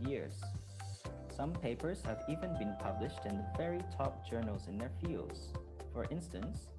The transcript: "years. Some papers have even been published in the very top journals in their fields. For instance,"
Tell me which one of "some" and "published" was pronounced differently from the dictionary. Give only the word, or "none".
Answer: none